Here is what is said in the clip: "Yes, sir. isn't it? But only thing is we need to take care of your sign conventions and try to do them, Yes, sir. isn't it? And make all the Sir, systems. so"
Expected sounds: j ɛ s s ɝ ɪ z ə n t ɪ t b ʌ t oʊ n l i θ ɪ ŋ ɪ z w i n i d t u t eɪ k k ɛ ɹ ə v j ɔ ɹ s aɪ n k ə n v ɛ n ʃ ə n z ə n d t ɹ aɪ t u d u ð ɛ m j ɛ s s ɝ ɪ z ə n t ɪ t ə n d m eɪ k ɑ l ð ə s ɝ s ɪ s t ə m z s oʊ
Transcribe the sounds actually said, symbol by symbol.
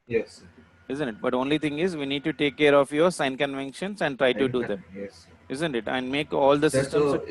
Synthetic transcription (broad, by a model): j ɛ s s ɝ ɪ z ə n t ɪ t b ʌ t oʊ n l i t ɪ ŋ ɪ z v i n i d t u t eɪ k k ɛ ɹ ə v j ɔ ɹ s aɪ n k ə n v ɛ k ʃ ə n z ə n d t ɹ aɪ t u d u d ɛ m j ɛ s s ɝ ɪ z ə n t ɪ t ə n d m eɪ k ɑ l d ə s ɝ s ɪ s t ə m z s